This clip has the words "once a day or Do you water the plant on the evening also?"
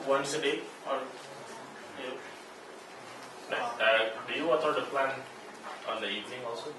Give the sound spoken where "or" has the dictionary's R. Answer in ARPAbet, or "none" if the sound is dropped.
L